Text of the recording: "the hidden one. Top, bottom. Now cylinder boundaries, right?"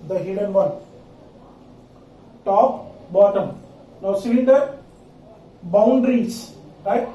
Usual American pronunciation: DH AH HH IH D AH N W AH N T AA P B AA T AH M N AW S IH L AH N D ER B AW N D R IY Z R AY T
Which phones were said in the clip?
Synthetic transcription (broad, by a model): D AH HH IH D AH N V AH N T AA P B AA T AH M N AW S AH D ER B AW N D R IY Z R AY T